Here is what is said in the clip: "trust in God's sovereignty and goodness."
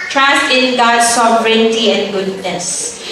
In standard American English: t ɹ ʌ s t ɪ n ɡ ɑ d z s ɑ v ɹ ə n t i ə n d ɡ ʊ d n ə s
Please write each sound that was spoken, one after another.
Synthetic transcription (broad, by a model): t ɹ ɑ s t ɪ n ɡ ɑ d s ɑ v ɹ ə n t i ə n ɡ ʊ d n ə s